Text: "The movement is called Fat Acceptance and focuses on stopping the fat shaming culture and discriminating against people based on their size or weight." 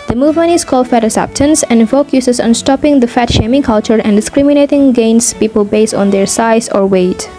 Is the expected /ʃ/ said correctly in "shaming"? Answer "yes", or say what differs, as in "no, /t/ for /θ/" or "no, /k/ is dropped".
yes